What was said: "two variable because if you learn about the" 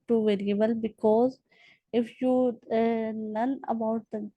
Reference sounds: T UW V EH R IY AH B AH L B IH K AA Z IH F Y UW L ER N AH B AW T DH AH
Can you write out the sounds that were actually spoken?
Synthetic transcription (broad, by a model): T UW V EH R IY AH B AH L B IH K AA Z IH F Y UW N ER N AH B AW T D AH